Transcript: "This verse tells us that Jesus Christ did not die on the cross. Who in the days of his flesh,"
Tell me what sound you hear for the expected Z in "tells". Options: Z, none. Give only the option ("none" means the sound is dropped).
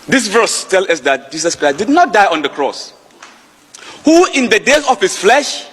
none